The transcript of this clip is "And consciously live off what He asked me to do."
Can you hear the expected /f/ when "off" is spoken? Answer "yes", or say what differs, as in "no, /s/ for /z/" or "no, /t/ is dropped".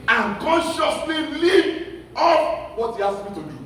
no, /p/ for /f/